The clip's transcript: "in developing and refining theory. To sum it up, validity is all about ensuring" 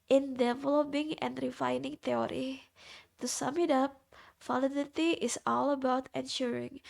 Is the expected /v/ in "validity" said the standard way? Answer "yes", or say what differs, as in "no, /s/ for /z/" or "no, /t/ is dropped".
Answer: no, /f/ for /v/